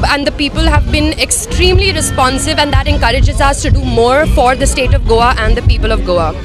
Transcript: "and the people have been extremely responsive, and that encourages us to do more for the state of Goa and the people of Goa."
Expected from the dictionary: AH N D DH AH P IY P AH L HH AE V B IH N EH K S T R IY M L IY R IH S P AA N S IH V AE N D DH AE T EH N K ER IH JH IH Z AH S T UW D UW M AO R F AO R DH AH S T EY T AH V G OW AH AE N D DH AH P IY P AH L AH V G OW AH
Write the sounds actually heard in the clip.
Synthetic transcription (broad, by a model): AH N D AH P IY P AH L HH AE V B IH N EH K S T R IY M L IY R IH S P AA N S IH V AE N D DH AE T EH N K ER IH JH IH Z AH S T UW D UW M AO R F AO R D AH S T EY T AH V G OW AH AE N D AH P IY P AH L AH V G OW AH